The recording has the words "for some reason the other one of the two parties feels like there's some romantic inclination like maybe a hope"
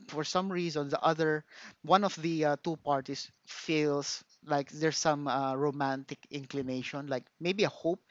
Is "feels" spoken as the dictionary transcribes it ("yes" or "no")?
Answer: no